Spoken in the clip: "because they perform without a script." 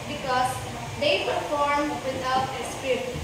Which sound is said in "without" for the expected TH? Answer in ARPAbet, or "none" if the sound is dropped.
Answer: T